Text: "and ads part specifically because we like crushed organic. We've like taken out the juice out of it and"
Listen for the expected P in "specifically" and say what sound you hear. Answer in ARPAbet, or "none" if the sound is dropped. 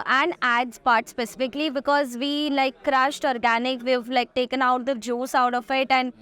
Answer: P